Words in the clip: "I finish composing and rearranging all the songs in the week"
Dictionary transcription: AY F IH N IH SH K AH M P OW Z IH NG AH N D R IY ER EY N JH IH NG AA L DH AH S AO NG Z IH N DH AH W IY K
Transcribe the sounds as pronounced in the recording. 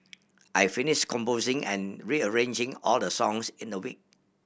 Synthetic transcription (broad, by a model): AY F IH N IH SH K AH M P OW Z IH NG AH N R IY ER EY N JH IH NG AA L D AH S AO NG S IH N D AH W IY K